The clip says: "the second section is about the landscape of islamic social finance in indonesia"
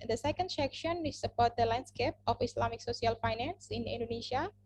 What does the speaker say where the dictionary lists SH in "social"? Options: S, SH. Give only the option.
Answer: S